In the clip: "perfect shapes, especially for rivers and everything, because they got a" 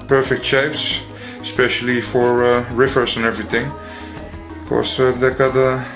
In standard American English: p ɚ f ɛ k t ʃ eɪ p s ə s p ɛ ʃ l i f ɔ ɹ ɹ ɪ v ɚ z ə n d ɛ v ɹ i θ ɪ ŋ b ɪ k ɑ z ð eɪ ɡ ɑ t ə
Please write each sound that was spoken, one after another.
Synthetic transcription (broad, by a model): p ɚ f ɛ k t ʃ eɪ p s ə s p ɛ ʃ l i f ɔ ɹ ɹ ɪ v ɚ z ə n ɛ v ɹ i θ ɪ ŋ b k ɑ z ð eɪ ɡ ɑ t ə